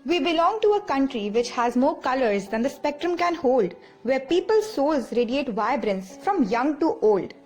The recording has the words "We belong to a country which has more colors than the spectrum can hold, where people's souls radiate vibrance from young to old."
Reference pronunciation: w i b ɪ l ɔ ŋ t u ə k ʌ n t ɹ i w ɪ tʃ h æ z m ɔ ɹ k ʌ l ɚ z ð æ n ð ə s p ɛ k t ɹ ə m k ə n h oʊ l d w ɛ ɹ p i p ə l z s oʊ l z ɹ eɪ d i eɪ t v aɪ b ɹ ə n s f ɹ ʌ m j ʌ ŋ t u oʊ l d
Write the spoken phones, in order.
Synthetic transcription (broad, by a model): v i b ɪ l ɔ ŋ t u ə k ʌ n t ɹ i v ɪ tʃ h æ z m ɔ ɹ k ʌ l ɚ z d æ n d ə s p ɛ k t ɹ ə m k ə n h oʊ l d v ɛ ɹ p i p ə l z s oʊ l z ɹ eɪ d i eɪ t v aɪ b ɹ ə n s f ɹ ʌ m j ʌ ŋ t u oʊ l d